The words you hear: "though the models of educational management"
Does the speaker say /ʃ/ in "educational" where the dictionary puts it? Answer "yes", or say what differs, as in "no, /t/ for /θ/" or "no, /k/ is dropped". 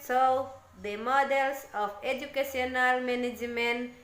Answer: no, /s/ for /ʃ/